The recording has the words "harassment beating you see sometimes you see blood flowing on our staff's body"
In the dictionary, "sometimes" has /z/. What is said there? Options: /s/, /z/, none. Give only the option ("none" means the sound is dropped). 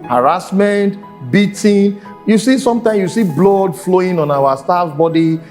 none